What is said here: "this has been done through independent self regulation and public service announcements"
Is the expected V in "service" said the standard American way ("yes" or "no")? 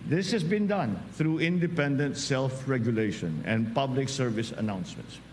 yes